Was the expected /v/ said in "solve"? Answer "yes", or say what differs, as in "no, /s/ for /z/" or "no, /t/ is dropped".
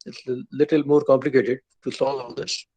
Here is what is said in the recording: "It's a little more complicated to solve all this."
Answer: no, /v/ is dropped